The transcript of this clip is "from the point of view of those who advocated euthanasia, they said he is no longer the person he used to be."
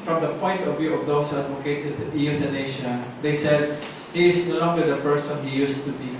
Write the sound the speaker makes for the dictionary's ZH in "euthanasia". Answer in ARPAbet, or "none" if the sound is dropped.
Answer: SH